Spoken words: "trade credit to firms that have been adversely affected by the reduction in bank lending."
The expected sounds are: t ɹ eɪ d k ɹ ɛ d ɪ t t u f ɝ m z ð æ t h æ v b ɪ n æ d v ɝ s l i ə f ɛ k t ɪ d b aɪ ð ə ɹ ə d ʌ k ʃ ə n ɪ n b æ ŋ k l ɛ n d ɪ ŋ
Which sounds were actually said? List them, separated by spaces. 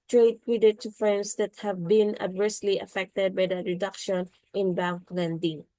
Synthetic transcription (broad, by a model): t ɹ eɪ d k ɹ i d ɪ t t u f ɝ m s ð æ t h æ v b ɪ n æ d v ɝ s l i ə f ɛ k t ɪ d b aɪ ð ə ɹ ə d ʌ k ʃ ə n ɪ n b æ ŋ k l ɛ n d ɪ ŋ